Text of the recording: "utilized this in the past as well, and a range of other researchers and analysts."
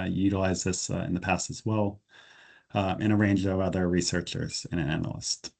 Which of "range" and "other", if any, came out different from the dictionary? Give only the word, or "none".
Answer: none